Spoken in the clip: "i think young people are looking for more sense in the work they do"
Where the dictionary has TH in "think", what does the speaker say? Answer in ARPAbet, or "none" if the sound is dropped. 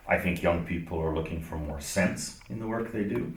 TH